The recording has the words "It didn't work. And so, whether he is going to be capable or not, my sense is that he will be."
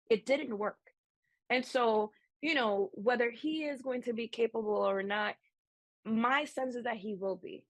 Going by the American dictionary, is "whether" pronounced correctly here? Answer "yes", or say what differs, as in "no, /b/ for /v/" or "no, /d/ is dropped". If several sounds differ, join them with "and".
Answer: yes